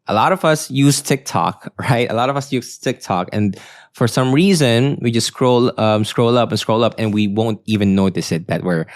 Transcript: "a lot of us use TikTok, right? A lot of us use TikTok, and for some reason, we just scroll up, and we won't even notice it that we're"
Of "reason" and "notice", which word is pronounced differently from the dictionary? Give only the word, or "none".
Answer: none